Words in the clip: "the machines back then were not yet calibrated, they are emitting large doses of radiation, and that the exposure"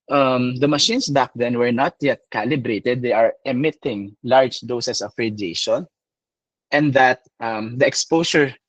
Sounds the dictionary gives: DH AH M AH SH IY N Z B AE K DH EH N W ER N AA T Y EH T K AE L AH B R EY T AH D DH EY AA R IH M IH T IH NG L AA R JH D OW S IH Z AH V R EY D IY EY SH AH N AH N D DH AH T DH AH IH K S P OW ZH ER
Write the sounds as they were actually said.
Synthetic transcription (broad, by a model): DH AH M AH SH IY N S B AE K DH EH N W ER N AA T Y EH T K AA L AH B R EY T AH D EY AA R IH M IH T IH NG L AA R JH D OW S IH S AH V R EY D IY EY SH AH N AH N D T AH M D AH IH K S P OW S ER